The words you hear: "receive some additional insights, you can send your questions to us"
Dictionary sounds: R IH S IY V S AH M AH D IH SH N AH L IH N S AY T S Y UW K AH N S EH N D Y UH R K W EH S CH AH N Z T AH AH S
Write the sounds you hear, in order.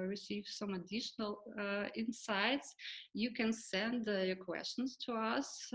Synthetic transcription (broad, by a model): R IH S IY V S AH M AH D IH SH N AH L IH N S AY T S Y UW K AH N S EH N D Y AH R K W EH S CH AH N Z T AH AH S